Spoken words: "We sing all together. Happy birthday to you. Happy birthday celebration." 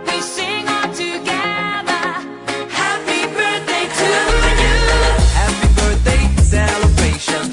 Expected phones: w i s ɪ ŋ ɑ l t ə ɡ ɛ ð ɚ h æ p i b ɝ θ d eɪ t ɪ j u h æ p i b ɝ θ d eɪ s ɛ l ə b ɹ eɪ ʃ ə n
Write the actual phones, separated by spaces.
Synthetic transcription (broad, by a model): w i s ɪ ŋ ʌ n t ə ɡ ɛ ð ɚ h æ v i b ɝ θ d eɪ t ɪ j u h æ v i b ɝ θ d eɪ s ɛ l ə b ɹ eɪ ʃ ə n